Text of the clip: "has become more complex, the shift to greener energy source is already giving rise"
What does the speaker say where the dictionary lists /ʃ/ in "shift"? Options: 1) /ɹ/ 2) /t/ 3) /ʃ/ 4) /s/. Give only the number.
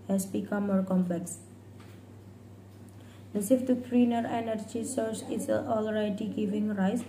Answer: 4